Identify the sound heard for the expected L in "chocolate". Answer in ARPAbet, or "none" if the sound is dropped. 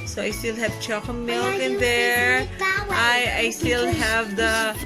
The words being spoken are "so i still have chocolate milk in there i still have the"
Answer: none